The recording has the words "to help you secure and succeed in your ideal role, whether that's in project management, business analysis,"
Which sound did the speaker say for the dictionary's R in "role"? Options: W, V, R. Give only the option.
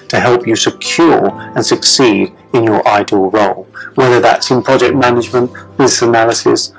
R